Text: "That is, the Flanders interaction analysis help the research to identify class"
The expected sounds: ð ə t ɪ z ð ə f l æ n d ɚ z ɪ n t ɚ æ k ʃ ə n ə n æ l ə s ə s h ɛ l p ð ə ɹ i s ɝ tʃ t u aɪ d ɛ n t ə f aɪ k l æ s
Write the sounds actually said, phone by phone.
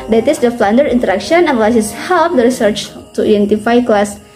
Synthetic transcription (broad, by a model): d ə t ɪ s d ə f l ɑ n d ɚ ɪ n t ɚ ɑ k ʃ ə ə n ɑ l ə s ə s h ɛ l p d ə ɹ i s ɝ tʃ t u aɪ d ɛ n t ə f aɪ k l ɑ s